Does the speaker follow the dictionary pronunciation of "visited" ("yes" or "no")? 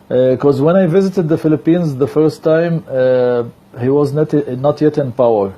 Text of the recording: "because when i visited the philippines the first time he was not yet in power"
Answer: yes